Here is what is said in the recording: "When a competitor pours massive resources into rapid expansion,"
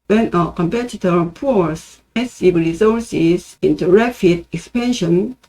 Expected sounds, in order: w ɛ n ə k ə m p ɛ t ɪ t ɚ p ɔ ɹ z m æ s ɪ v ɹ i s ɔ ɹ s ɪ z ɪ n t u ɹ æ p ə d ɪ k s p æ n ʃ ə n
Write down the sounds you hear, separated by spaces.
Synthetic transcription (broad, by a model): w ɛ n ə k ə m p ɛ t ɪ t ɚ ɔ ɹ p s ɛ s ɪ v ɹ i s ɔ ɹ s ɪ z ɪ n t u ɹ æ f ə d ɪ k s p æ n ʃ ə n